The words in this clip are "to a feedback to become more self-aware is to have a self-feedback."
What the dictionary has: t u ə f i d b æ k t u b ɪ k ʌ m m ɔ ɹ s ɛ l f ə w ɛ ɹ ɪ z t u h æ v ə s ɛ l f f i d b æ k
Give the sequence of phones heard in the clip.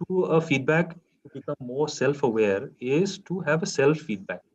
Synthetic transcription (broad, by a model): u ə f i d b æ k t u b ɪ k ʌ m m ɔ ɹ s ɛ l f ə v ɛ ɹ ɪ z t u h æ v ə s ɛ l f f i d b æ k